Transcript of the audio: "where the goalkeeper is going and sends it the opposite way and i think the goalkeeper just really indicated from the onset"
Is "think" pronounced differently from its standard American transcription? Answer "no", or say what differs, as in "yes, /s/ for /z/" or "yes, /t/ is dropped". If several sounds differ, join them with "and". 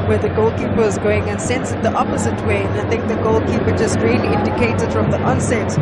no